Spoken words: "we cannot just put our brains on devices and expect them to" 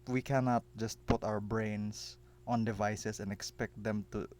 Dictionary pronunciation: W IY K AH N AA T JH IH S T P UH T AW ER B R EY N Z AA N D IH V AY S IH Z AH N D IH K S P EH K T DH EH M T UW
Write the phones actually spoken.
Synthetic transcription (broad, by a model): W IY K AH N AA T JH IH S T P UH T AW ER B R EY N S AA N D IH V AY S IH S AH N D IH K S P EH K T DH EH M T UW